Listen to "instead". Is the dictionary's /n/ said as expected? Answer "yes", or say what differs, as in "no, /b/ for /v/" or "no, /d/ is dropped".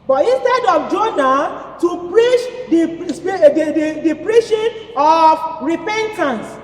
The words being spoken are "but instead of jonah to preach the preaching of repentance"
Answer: yes